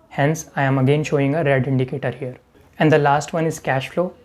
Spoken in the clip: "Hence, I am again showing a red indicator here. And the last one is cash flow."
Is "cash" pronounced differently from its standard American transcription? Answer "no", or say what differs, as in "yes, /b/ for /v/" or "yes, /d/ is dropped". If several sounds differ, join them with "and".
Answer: no